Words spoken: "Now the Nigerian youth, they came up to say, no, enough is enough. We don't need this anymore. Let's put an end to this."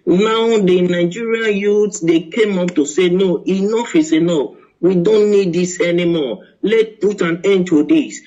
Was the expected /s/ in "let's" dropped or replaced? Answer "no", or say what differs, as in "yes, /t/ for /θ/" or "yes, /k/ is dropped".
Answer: yes, /s/ is dropped